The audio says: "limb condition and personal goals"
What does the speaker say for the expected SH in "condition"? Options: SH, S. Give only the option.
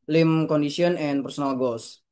S